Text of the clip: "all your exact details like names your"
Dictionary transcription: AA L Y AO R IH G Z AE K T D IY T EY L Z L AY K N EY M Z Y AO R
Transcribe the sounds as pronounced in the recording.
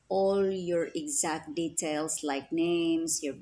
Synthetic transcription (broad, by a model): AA L Y AO R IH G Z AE K T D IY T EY L S L AY K N EY M S Y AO R